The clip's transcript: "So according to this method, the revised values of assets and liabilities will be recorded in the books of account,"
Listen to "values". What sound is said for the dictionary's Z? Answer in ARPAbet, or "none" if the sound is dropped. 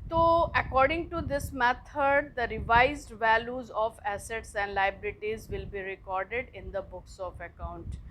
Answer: Z